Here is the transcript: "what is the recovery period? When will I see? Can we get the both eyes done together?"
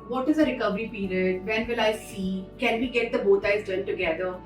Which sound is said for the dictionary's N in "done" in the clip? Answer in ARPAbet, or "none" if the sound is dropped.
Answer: L